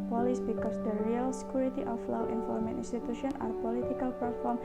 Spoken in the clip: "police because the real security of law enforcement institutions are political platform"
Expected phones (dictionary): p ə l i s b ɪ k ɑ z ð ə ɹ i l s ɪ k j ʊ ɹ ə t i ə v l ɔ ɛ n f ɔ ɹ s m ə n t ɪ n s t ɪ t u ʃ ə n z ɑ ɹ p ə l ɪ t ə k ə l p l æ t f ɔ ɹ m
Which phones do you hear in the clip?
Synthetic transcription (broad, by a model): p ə l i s b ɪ k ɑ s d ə ɹ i l s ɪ k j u ɹ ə t i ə f l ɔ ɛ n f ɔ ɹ m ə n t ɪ n s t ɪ t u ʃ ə n ɑ ɹ p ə l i t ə k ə l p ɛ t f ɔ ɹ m